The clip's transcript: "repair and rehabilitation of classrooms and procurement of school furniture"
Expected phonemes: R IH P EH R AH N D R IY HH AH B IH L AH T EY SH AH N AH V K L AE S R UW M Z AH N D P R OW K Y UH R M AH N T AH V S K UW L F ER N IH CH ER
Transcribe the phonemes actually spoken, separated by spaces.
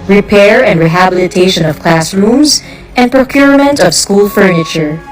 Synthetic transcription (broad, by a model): R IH P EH R AH N D R IY HH AH B IH L AH T EY SH AH N AH V K L AE S R UW M Z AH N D P R OW K Y UH R M AH N T AH V S K UW L F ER N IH CH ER